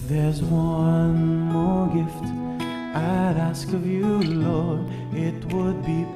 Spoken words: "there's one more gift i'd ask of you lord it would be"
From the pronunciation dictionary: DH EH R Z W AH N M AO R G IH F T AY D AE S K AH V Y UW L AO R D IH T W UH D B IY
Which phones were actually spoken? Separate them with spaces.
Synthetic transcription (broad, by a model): DH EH R Z W AH N M AO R G IH F T AY D AE S K AH V Y UW L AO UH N IH T W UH D B IY